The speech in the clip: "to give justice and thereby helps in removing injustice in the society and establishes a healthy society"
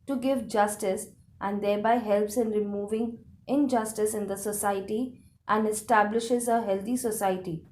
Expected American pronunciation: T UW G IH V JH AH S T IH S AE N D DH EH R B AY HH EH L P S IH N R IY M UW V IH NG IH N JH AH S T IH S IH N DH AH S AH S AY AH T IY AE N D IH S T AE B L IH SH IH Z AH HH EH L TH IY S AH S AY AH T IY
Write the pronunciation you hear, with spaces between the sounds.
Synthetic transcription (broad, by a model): T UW G IH V JH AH S T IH S AE N D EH R B AY HH EH L P S IH N R IY M UW V IH NG IH N JH AH S T IH S IH N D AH S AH S AY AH T IY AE N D IH S T AE B L IH SH IH Z AH HH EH L T IY S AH S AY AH T IY